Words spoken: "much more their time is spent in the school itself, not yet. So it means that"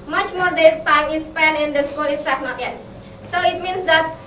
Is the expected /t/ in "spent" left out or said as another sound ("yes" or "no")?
yes